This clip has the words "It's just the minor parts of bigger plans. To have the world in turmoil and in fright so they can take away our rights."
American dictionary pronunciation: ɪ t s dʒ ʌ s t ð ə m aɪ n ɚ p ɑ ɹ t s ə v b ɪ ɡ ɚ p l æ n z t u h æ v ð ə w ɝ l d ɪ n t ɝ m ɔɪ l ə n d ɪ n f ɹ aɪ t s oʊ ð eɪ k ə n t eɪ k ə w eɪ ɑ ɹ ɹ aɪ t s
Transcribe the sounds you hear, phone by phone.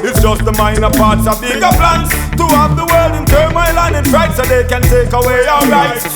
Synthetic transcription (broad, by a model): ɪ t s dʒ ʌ s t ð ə m aɪ n ɚ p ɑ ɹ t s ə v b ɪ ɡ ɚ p l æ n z t u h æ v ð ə w ɝ l d ɪ n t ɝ m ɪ l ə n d ɪ n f ɹ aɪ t s oʊ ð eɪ k ə n t eɪ k ə w eɪ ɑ l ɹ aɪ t